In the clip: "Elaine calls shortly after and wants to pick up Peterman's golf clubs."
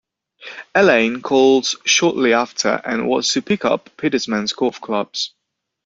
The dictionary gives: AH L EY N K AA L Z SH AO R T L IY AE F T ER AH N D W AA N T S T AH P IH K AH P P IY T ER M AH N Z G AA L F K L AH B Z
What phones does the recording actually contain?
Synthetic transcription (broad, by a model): AH L EY N K AA L Z SH AO T L IY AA F T ER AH N W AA T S T AH P IH K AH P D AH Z M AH N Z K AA F K L AH B Z